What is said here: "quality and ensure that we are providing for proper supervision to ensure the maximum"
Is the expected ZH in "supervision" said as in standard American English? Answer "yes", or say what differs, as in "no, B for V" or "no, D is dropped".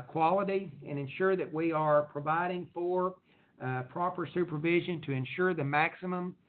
yes